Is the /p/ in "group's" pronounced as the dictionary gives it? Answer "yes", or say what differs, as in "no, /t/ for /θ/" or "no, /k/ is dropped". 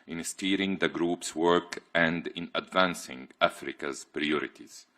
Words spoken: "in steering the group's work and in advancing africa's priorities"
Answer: yes